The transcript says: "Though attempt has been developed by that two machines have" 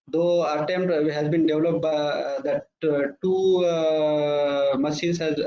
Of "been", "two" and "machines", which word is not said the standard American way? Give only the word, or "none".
machines